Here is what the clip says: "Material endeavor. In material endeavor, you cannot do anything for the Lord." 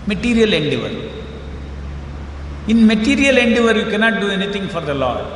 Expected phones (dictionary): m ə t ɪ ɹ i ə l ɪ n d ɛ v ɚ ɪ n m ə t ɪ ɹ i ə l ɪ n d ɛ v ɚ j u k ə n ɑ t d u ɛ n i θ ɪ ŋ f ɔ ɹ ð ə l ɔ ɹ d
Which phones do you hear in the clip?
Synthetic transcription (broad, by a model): m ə t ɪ ɹ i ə l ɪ n d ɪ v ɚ ɪ n m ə t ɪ ɹ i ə l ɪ n d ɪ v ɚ j u k ə n ɑ t d u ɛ n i t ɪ ŋ f ɔ ɹ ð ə l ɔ